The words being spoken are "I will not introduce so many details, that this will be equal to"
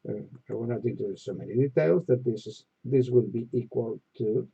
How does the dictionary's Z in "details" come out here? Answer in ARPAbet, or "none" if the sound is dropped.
Z